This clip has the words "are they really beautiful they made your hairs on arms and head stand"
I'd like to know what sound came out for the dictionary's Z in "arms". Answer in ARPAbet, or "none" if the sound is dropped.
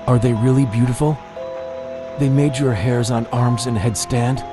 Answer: Z